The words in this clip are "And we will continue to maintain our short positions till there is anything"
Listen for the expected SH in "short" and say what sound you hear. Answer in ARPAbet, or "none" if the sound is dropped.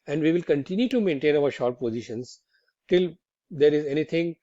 SH